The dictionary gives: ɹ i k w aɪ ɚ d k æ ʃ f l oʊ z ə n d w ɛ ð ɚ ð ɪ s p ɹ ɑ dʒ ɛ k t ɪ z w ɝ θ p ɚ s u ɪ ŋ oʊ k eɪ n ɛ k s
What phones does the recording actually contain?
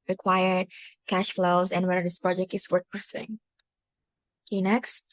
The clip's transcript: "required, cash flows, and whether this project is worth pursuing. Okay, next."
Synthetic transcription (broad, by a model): ɹ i k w aɪ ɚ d k æ ʃ f l oʊ z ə n w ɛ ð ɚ ð ɪ s p ɹ ɑ dʒ ɛ k t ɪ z w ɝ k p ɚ s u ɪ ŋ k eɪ n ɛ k s